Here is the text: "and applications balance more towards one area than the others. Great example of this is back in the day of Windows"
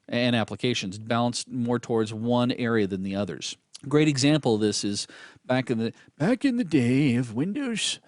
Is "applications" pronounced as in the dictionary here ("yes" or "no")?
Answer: yes